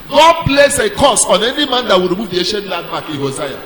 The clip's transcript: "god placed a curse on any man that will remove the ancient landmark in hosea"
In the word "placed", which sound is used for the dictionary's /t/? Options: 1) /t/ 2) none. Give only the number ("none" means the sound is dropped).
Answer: 2